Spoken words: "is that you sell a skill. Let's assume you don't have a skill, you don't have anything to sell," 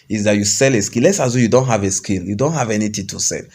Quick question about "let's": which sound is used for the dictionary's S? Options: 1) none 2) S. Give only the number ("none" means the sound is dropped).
2